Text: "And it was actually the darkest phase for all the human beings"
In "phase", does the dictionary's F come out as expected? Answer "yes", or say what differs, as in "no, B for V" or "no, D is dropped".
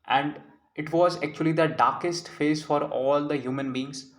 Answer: yes